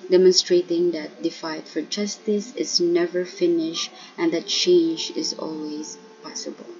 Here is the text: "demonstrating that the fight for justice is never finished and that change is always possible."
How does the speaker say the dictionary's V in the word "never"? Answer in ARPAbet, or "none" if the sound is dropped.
V